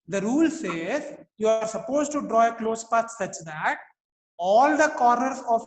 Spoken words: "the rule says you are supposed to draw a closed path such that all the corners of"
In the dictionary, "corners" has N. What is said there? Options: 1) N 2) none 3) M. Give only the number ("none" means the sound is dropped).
2